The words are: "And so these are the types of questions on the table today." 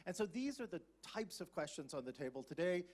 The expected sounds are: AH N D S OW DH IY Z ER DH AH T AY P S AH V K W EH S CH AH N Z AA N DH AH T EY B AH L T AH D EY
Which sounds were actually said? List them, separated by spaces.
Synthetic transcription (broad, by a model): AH N S OW DH IY Z ER DH AH T AY P S AH V K W EH S CH AH N Z N DH AH T EY B AH L T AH D EY